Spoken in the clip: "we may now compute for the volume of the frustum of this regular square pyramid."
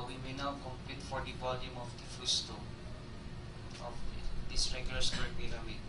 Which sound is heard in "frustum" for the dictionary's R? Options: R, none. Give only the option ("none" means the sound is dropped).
none